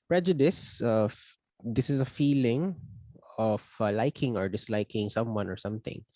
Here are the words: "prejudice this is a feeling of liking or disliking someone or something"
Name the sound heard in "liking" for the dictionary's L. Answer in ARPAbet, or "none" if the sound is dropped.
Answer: L